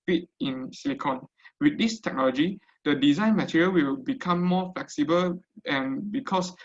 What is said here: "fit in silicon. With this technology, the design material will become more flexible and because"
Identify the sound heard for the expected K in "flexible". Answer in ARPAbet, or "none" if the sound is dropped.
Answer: K